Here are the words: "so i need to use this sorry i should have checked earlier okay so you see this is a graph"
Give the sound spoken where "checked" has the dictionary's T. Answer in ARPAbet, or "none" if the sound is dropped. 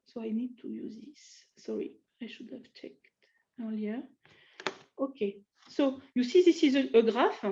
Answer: T